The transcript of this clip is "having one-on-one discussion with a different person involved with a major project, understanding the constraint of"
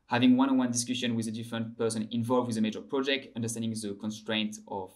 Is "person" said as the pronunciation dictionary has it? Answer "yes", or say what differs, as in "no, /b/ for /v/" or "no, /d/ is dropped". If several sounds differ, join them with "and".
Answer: yes